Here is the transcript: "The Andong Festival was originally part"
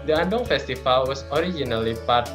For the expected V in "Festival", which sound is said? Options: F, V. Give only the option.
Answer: F